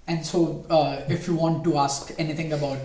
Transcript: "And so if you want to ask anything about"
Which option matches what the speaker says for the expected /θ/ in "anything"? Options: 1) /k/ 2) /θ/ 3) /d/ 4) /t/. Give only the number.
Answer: 4